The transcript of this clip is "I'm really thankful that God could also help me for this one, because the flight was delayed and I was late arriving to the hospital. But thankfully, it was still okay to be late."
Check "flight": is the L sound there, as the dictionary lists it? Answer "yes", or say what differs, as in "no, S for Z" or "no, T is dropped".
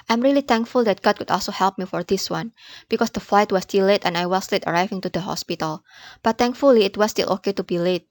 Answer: yes